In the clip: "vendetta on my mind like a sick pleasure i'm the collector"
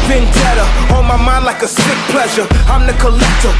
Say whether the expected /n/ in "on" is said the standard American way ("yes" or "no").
no